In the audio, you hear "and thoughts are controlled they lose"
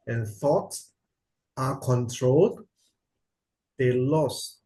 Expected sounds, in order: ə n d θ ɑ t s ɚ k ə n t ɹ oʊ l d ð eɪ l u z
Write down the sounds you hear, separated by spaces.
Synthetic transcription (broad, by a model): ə n θ ɑ t s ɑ k ə n t ɹ oʊ l d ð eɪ l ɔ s